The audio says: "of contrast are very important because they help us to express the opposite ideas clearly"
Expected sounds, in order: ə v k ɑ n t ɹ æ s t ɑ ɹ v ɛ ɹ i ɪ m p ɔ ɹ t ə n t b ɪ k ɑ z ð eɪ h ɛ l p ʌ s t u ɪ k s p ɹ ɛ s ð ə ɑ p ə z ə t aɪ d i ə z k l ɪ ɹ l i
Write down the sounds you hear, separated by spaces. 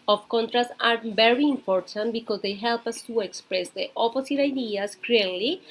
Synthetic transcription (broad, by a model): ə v k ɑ n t ɹ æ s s ɑ ɹ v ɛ ɹ i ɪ m p ɔ ɹ t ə n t b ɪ k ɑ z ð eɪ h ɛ l p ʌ s t u ɪ k s p ɹ ɛ s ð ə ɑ p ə s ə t aɪ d i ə s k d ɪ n l i